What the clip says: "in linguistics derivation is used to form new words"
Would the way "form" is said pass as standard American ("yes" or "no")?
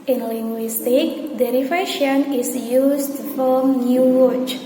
no